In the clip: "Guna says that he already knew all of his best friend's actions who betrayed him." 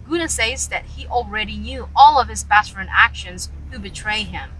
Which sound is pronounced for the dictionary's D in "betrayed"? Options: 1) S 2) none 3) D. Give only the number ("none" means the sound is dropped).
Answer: 2